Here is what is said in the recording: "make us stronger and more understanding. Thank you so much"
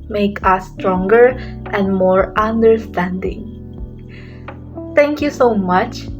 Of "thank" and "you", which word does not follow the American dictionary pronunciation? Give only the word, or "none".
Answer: thank